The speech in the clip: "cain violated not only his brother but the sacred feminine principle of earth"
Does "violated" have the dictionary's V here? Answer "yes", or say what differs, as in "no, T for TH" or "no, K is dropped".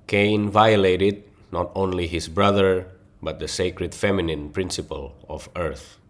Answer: yes